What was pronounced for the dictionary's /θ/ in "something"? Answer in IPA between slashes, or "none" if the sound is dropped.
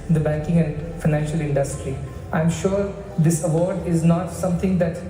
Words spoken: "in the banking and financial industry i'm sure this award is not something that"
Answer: /t/